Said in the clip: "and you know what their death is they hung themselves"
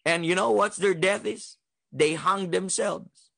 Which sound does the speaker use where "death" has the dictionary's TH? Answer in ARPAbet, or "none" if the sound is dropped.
TH